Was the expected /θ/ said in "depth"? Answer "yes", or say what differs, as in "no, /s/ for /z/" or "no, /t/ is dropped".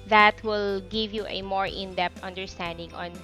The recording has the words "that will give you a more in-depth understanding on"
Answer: no, /t/ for /θ/